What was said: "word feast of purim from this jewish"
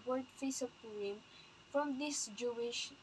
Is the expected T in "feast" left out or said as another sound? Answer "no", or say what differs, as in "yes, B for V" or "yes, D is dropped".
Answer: yes, T is dropped